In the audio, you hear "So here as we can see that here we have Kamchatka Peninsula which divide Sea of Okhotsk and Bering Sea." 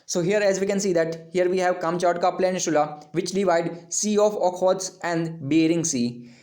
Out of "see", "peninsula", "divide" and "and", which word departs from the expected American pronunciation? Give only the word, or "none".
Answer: peninsula